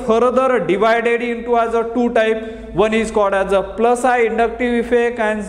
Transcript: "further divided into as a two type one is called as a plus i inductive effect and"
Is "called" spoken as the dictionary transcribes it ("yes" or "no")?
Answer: no